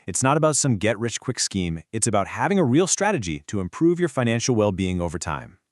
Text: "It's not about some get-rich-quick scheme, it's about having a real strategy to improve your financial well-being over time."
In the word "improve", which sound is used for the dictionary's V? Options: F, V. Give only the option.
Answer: V